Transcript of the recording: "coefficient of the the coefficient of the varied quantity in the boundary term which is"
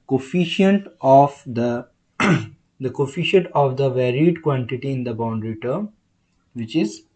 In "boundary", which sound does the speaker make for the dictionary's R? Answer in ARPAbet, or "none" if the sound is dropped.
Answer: R